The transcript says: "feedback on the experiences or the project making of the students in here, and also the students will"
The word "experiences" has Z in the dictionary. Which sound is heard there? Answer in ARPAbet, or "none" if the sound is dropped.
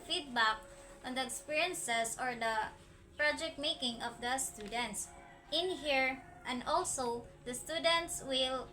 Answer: S